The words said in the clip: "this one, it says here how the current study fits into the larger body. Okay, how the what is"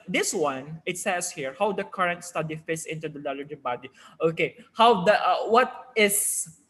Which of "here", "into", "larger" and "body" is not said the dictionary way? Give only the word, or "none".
larger